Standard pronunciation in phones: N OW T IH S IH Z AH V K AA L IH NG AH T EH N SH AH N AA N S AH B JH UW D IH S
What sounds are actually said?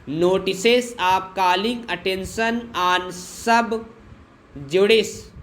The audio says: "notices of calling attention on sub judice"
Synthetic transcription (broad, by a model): N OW T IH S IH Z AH P K AA L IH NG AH T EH N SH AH N AA N S AH B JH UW D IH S